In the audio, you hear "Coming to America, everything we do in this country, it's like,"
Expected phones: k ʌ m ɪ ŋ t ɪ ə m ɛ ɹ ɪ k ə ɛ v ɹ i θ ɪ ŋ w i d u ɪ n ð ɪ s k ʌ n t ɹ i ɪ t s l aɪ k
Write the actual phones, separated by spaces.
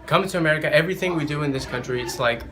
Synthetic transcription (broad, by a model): k ʌ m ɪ t ɪ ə m ɛ ɹ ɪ k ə ɛ v ɹ i θ ɪ ŋ w i d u ɪ n ð ɪ s k ʌ n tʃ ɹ i ɪ t s l aɪ k